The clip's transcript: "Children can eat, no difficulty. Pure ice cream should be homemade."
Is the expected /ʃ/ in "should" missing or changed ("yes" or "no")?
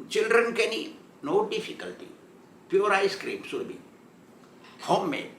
yes